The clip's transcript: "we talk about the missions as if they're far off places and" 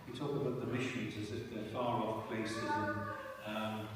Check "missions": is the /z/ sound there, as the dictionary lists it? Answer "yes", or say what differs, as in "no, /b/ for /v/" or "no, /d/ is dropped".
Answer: yes